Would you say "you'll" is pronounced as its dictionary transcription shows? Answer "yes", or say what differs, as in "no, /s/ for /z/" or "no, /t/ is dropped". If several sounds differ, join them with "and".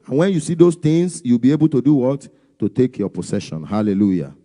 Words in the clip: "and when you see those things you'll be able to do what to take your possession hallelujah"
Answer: no, /w/ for /l/